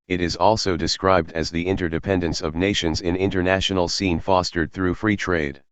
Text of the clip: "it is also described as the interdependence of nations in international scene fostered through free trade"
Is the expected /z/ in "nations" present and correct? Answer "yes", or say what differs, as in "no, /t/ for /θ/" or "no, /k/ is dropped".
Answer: yes